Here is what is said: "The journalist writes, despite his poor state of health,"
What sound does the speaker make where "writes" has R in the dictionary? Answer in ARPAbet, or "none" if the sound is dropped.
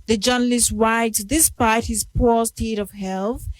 W